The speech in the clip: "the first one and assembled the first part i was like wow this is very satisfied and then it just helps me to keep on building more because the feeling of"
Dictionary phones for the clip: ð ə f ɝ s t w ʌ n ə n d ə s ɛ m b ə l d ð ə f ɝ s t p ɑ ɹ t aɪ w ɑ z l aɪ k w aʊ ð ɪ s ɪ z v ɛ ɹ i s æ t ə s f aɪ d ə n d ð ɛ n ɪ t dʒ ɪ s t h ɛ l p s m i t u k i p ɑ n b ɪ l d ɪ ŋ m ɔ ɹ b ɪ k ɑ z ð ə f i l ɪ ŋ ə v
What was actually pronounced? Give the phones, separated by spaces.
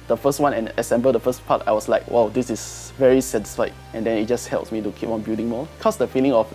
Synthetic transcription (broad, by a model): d ə f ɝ s t w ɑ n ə n ə s ɛ m b ə l d ə f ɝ s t p ɑ t aɪ w ɑ s l aɪ k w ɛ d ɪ s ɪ s v ɛ ɹ i s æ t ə s f aɪ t ə n d ɛ n ɪ t dʒ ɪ s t h ɛ l p s m i t u k i p ɑ n b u d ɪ ŋ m ɔ k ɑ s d ə f i l ɪ ŋ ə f